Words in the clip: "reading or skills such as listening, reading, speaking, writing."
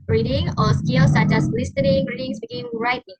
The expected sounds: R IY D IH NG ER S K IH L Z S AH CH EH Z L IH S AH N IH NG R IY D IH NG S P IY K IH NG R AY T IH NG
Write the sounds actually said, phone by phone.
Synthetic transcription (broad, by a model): R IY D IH NG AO S K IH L S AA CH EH S L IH S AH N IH NG R IY D IH NG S B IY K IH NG R AY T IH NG